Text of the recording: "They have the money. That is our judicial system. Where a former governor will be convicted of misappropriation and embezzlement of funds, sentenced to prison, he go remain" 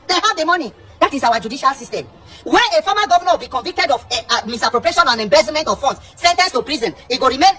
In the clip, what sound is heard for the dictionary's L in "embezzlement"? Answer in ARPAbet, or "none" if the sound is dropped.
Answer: none